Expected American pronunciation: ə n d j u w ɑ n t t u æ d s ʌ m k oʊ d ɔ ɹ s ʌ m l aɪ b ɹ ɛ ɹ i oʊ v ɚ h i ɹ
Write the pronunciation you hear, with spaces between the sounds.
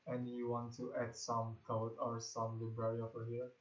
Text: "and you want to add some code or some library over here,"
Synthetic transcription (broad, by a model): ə n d j u w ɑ n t t u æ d s ʌ m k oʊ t ɔ ɹ s ʌ m l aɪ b ɹ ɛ ɹ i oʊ f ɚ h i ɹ